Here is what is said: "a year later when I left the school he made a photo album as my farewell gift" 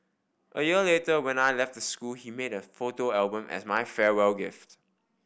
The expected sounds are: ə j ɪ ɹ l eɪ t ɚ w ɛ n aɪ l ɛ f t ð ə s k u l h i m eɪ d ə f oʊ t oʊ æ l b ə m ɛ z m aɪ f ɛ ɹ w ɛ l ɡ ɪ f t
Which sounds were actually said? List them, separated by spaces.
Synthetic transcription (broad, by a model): ə j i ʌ l eɪ t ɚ w ɛ n aɪ l ɛ f t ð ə s k u l h i m eɪ d ə f oʊ t oʊ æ l b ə m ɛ s m aɪ f ɛ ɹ w ɛ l ɡ ɪ f t